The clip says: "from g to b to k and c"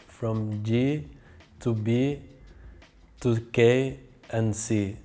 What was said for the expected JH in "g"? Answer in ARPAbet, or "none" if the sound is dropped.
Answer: JH